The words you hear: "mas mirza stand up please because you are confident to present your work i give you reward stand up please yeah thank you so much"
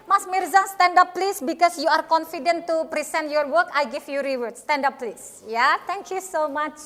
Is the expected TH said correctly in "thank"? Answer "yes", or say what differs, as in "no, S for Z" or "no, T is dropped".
no, T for TH